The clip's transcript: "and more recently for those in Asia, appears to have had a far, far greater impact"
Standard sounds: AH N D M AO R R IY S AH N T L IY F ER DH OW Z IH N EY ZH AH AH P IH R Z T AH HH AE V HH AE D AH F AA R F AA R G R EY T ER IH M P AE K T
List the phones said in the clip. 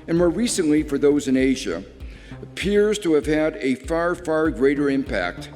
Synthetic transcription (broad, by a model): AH N M AO R R IY S AH N T L IY F ER DH OW Z IH N EY ZH AH AH P IH R Z T AH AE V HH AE D AH F AA R F AA R G R EY T ER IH M P AE K T